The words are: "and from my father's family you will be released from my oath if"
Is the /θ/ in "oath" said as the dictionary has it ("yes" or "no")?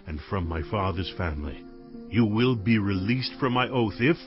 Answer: yes